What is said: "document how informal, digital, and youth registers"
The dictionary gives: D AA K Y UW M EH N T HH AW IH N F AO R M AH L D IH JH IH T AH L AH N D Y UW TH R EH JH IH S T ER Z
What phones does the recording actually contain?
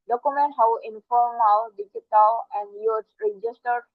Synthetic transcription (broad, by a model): D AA K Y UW M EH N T HH AW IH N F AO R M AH W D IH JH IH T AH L AH N D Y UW S R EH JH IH S T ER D